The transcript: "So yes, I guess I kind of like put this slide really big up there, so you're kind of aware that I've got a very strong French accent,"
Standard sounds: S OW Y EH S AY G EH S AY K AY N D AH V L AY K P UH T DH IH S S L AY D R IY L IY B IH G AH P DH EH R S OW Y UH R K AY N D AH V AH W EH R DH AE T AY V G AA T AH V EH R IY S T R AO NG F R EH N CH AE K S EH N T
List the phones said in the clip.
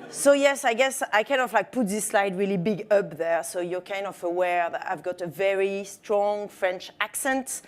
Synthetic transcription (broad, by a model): S OW Y EH S AY G EH S AY K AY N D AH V L AY K P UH T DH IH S S L AY D R IY L IY B IH G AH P DH EH R S OW Y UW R K AY N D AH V AH W EH R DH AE T AY V G AA T AH V EH R IY S T R AO NG F R EH N CH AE K S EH N T